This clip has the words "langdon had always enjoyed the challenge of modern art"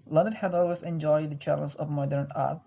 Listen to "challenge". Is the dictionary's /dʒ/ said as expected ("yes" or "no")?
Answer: no